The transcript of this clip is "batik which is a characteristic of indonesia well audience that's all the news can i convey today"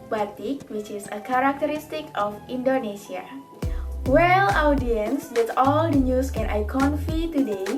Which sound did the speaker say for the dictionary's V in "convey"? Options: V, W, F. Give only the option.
F